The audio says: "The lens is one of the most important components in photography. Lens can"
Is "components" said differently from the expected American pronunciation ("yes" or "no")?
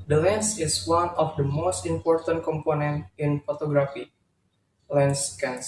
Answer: yes